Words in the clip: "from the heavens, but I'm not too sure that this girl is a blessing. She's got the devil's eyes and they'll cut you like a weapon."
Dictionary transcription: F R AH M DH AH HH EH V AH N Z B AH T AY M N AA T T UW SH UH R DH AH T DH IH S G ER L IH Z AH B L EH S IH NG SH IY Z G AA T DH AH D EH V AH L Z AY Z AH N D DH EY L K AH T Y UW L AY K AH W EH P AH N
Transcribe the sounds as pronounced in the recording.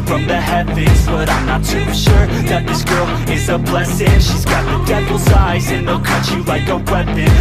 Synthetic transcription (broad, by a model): F R AH M DH AH HH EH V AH Z B AH T AY M N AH T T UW SH UH R DH AH T DH IH S G ER L IH Z AH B L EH S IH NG SH IY Z G AA T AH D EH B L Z AY Z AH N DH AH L K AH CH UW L AY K AH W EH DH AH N